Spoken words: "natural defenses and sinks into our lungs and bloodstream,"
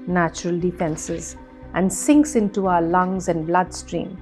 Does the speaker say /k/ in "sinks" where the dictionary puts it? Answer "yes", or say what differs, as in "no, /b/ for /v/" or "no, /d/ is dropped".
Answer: yes